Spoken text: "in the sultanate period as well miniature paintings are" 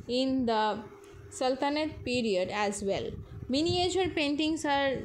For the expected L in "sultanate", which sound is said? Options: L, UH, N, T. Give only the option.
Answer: L